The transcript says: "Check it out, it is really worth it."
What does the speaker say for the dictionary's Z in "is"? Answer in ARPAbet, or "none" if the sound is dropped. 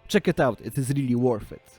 Z